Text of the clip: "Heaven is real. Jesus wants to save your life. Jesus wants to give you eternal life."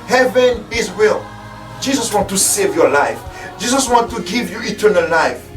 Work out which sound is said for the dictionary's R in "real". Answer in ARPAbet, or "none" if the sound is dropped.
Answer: W